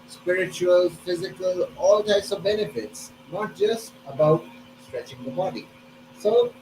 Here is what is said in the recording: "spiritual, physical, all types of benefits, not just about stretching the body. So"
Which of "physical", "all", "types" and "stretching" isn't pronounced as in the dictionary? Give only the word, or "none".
none